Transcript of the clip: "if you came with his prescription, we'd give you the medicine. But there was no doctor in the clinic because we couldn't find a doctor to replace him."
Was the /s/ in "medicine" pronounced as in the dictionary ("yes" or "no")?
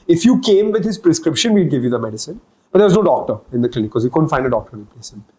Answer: yes